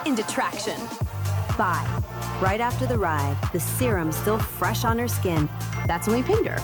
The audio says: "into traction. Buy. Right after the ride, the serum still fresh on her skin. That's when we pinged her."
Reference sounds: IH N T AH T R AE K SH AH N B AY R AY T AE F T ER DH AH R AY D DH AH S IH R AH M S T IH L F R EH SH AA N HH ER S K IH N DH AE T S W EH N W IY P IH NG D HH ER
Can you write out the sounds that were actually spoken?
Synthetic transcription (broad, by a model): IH N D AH T R AE K SH AH N B AY R AY T AE F T ER DH AH R AY DH AH S IH R AH M S T IH L F R EH SH N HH ER S K IH N DH AE T S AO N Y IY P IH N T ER